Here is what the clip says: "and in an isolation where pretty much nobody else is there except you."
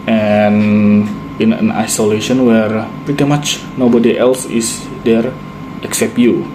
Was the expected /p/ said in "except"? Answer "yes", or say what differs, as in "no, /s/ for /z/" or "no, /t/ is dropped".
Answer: yes